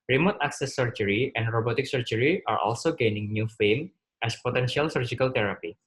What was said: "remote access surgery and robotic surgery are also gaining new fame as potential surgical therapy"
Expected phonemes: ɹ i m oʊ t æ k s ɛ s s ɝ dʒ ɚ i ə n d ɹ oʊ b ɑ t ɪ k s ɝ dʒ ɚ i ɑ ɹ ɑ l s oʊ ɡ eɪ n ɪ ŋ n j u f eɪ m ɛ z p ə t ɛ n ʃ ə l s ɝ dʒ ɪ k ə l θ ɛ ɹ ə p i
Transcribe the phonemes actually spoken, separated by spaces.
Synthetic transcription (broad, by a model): ɹ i m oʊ t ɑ k s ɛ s s ɝ dʒ ɚ i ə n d ɹ oʊ b ɑ t ɪ k s ɝ dʒ ɚ i ɑ ɹ ɑ l s oʊ ɡ eɪ n ɪ ŋ n j u f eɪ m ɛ s p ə t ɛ n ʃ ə l s ɝ dʒ ɪ k ə l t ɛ ɹ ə p i